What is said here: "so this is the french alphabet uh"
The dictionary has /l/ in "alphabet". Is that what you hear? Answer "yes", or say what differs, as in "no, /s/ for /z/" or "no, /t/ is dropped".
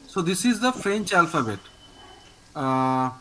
yes